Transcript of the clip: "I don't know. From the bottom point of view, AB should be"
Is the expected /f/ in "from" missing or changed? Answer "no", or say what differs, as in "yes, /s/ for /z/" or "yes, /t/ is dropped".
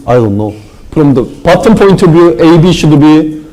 yes, /p/ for /f/